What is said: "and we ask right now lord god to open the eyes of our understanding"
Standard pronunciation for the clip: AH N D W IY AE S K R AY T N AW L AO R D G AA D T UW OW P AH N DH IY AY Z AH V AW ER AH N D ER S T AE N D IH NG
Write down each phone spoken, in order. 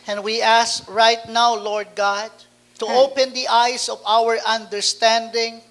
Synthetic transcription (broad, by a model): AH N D W IY AE S K R AY T N AW L AO R D G AA D T UW OW P AH N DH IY AY S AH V AW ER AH N D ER S T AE N D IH NG